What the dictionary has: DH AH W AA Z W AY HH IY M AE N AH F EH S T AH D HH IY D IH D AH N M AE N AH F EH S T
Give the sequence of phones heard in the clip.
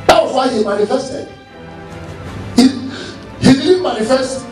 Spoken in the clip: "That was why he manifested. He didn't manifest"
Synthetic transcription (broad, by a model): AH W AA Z W AY HH IY M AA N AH F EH S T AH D HH IY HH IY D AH L M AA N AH F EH S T